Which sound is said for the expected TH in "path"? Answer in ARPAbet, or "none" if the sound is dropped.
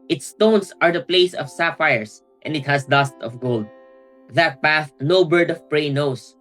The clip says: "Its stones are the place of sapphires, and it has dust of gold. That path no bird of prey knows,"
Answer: TH